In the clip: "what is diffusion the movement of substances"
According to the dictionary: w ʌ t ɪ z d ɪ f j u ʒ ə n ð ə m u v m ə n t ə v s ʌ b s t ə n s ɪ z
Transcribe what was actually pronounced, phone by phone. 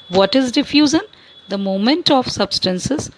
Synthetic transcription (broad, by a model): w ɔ t ɪ z d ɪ f j u z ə n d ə m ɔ m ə n t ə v s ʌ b s t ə n s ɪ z